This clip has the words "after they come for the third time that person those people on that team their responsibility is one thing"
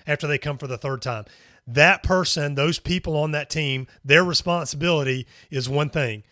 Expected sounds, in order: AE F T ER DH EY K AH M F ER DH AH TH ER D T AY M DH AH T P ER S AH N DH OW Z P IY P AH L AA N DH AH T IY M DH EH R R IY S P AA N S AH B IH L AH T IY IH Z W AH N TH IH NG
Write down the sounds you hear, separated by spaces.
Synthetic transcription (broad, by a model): AE F T ER DH EY K AH M F ER DH AH TH ER D T AY M DH AH T P ER S AH N DH OW Z P IY P L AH N DH AH T IY M DH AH R R IY S P AA N S AH B IH L AH T IY IH Z W AH N TH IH NG